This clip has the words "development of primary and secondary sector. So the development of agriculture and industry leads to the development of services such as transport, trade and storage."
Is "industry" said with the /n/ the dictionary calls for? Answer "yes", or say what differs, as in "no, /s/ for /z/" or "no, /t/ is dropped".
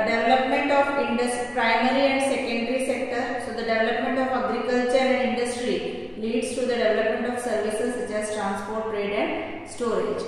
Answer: yes